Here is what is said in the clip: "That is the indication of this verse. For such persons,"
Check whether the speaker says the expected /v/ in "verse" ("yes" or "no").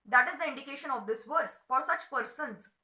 yes